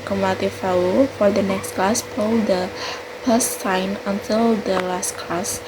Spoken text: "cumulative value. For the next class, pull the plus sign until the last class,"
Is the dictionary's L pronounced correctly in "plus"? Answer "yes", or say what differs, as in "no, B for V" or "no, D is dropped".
no, L is dropped